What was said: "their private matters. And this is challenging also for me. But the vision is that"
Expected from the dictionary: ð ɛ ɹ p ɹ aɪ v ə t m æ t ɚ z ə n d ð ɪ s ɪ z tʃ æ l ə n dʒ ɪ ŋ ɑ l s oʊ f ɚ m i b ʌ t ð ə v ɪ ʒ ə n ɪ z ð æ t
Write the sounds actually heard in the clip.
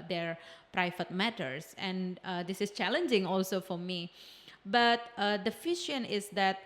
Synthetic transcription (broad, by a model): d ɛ ɹ p ɹ aɪ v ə t m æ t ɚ s ə n d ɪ s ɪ s tʃ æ l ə n dʒ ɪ ŋ ɑ l s oʊ f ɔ m i b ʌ t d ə f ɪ ʃ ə n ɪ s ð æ t